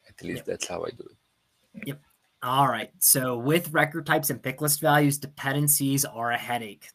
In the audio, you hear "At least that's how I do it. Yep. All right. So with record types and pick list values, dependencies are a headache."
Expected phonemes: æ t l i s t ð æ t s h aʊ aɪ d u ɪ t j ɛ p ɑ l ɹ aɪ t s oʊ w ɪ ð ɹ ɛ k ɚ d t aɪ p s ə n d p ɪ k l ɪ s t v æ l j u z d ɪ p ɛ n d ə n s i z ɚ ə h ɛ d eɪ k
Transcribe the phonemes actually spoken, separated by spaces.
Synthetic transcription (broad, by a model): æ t l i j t ð æ t s h aʊ aɪ d u ɪ t j ɛ p ɑ l ɹ aɪ t s oʊ w ɪ ð ɹ ɛ k ɚ d t aɪ p s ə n p ɪ k l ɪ s t v æ l j u z d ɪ p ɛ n d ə n s i z ɚ ə h ɛ d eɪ k